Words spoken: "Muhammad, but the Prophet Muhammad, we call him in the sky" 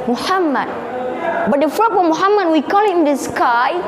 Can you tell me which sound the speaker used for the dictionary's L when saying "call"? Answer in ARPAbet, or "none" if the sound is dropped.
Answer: L